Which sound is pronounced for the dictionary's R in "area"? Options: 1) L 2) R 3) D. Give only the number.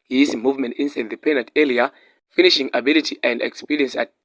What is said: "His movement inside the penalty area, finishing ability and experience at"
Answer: 1